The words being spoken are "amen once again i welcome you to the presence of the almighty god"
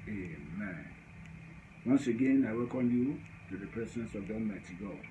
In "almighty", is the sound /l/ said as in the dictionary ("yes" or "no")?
no